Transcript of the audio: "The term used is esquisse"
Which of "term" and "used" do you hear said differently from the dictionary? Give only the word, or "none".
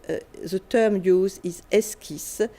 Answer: used